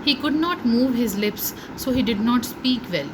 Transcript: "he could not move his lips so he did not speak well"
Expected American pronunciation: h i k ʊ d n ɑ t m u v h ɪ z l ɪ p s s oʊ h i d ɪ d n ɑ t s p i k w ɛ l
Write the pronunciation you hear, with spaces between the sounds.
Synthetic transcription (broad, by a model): h i k ʊ d n ɑ t m u v h ɪ z l ɪ p s s oʊ h i d ɪ d n ɑ t s p i k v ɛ l